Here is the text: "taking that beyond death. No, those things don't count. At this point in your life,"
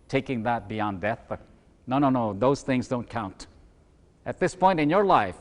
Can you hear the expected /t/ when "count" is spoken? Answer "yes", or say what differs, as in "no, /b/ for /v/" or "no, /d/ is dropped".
yes